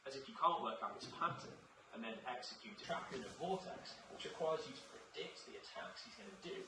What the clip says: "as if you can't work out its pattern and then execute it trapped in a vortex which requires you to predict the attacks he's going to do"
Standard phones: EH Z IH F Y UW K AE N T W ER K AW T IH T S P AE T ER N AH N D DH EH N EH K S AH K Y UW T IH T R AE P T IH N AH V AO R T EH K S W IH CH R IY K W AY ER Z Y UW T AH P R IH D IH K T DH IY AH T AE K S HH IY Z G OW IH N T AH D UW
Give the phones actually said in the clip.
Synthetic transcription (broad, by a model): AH Z IH F Y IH K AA N T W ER K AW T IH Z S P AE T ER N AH N DH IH N EH K S AH K Y UW T IH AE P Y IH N AH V AO L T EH K S W IH CH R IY K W AY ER Z Y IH T AH P R IH D IH K T DH IY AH T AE K S HH IY Z G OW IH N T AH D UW